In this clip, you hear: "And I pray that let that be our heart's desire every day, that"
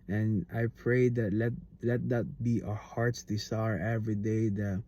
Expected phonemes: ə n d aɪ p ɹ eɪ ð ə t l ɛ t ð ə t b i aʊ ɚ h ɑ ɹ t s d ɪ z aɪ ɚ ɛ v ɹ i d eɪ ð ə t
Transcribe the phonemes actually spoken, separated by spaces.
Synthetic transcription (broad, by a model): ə n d aɪ p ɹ eɪ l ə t l ɛ t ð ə t b i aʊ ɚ h ɑ ɹ t s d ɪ s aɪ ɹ ɛ v ɹ i d eɪ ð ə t